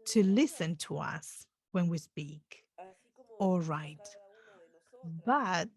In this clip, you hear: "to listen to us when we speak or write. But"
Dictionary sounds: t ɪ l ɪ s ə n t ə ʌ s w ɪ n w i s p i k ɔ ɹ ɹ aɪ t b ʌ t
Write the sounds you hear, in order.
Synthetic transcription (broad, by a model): t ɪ l ɪ s ə n t ə ʌ s w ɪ n w i s p i k ɔ l ɹ aɪ t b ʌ t